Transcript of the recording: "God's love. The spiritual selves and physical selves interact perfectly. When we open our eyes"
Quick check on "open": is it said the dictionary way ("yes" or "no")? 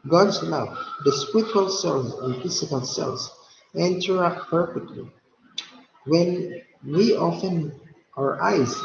no